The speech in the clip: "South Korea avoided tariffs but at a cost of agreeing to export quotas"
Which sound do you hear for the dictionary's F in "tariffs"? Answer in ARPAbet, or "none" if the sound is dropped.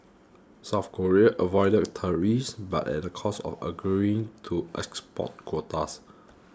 none